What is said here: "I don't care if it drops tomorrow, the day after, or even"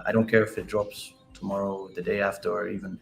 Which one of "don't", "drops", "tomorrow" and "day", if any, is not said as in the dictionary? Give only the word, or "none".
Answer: none